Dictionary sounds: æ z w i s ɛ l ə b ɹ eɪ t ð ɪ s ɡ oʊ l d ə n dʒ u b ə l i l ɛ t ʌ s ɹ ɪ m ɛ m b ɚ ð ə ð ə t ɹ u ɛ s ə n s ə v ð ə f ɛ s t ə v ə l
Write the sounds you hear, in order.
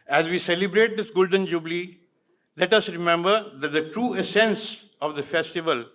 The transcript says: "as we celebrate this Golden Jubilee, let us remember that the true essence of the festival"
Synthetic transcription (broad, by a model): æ z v i s ɛ l ə b ɹ eɪ t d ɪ s ɡ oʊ l d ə n dʒ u b l i l ɛ t ʌ s ɹ ɪ m ɛ m b ɚ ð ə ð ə t ɹ u ɛ s ə n s ə v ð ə f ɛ s t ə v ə l